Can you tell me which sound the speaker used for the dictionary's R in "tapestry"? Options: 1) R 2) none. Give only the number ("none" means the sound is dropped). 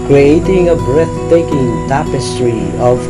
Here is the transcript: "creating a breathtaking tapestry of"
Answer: 1